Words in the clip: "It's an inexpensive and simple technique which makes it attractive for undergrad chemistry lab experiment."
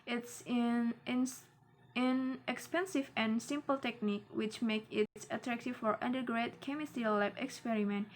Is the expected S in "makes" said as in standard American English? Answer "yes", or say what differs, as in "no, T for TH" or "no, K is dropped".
no, S is dropped